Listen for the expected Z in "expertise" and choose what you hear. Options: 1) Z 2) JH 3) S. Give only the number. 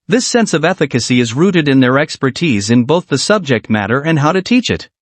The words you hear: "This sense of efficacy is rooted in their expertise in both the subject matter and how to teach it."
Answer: 1